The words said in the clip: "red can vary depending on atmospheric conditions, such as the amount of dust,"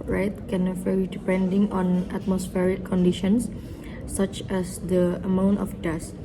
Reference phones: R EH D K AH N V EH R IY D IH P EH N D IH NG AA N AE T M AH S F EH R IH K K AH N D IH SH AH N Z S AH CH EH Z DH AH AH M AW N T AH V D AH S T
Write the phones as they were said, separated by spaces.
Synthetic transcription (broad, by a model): R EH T K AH N F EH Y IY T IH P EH N D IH NG AA N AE T M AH S F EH R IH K K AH N D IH SH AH N S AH CH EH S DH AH AH M AW N T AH F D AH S